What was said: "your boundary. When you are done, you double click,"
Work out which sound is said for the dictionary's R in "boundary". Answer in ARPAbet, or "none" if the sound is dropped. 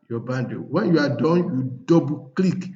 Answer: none